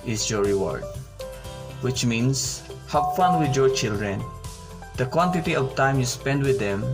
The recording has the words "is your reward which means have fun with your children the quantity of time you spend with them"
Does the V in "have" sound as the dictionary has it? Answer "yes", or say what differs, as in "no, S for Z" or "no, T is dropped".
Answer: no, P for V